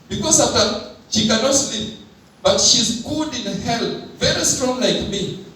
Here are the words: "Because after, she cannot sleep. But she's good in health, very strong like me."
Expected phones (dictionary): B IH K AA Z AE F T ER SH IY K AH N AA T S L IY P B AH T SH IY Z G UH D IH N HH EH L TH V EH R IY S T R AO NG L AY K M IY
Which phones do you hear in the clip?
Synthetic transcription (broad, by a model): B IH K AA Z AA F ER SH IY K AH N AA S L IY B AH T SH IY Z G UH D IH N HH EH L V EH R IY S T R AO NG L AY K M IY